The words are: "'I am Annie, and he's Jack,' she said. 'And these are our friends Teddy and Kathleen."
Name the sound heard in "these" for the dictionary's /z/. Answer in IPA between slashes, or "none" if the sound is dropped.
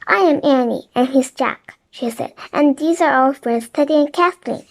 /z/